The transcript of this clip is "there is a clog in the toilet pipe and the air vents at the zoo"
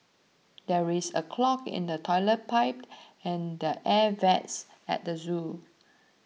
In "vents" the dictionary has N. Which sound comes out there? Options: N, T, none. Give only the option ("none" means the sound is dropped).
none